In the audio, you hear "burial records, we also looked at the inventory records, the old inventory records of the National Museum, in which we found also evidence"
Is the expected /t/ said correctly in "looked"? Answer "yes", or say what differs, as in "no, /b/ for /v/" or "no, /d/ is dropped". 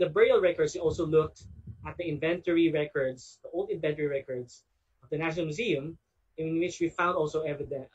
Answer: yes